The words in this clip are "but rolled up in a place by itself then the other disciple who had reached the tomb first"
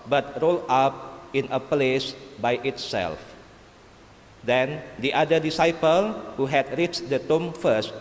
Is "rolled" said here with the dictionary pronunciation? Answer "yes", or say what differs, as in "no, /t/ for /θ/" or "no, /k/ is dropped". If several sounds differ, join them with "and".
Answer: no, /d/ is dropped